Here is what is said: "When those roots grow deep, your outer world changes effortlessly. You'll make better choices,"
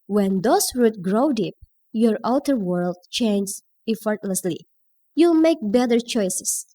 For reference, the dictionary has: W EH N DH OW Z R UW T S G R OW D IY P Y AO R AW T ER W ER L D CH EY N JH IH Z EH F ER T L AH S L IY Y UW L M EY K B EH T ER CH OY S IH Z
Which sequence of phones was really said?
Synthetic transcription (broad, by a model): W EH N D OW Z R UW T G R OW D IY P Y AO R AW T ER W ER L D CH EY N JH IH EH F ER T L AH S L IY Y UW L M EY K B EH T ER CH OY S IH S